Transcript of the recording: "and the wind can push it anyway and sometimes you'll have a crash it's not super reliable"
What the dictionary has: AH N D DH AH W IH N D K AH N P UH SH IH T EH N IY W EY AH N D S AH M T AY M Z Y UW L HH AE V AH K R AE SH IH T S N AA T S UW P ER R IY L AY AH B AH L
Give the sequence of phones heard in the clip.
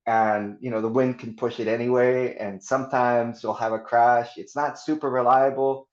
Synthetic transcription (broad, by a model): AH N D DH AH W IH N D K N P UH SH IH T EH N IY W EY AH N S AH M T AY M Z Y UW L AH V AH K R AE SH IH T S N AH T S UW P ER R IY L AY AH B L